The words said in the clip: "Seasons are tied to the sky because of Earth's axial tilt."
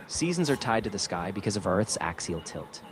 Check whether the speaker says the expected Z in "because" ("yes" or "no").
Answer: yes